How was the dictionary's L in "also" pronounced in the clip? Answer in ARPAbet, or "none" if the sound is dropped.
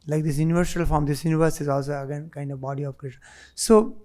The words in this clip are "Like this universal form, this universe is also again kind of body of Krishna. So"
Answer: L